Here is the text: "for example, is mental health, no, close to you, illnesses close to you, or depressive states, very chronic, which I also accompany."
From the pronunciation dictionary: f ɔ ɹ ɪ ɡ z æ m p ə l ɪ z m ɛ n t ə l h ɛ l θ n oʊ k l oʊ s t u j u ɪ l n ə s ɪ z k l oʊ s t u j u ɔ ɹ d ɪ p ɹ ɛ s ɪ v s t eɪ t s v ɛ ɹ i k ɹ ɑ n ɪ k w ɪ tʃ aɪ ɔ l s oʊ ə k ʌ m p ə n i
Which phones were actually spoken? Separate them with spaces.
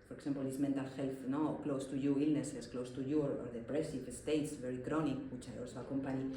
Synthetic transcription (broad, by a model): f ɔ ɹ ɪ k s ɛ m p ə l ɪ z m ɛ n t ə l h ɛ l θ n oʊ k l oʊ s t u j u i l n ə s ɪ s k l oʊ s t u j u ɔ ɹ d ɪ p ɹ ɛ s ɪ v s t eɪ t s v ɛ ɹ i k ɹ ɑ n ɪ k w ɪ tʃ aɪ ɔ l s oʊ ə k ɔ m p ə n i